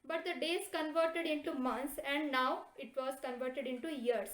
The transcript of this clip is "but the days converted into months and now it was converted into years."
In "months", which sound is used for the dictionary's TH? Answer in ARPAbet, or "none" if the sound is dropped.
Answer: T